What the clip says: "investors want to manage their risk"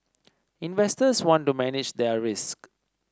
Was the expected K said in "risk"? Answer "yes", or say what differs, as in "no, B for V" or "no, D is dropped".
yes